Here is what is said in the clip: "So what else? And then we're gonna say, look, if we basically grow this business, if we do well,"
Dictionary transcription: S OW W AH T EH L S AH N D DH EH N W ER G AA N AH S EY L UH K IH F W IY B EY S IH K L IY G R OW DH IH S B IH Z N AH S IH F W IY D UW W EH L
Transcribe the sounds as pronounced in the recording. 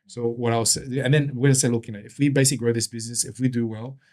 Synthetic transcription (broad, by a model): S OW W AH T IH W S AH N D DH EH N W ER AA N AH S EY L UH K IH F W IY B EY S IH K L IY G R OW DH IH S B IH Z N AH S IH F W IY D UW W EH L